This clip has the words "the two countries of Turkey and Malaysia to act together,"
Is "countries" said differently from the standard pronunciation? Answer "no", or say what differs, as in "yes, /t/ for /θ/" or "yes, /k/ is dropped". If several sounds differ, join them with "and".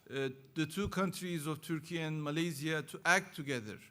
no